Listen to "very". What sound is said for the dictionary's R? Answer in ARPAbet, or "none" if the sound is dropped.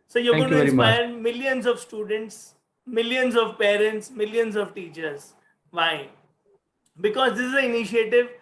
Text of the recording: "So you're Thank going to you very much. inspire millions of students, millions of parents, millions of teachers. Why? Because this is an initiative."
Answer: none